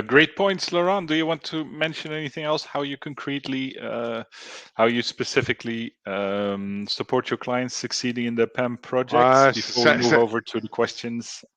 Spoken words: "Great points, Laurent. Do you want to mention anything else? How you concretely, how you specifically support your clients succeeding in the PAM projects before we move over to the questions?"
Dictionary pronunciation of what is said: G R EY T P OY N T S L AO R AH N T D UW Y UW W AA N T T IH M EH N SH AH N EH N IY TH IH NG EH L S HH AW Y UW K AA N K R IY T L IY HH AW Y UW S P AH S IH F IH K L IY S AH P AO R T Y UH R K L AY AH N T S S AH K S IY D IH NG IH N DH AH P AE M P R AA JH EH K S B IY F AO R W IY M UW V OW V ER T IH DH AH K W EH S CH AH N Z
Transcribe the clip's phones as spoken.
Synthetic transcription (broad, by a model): G R EY T P OY N T S L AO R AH N D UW Y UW W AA N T T IH M EH N SH AH N EH N IY TH IH NG EH L S HH AW Y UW K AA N K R IY T L IY HH AW Y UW S P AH S IH F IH K L IY S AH P AO R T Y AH R K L AY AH N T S S AH K S IY D IH NG IH N DH AH P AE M P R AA JH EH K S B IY AO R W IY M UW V OW V ER T IH DH AH K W EH S CH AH N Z